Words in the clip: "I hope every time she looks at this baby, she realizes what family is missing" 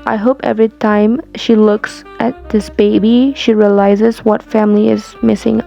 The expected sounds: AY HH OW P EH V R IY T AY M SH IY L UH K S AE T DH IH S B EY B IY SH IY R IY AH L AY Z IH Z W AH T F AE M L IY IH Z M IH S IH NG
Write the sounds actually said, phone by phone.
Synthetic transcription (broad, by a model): AY HH OW P EH V R IY T AY M SH IY L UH K S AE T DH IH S B EY B IY SH IY R IY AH L AY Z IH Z W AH T F AE M L IY IH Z M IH S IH NG